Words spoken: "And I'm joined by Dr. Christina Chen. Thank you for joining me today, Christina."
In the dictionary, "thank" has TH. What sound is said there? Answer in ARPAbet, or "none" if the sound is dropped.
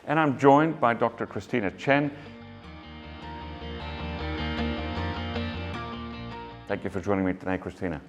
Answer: TH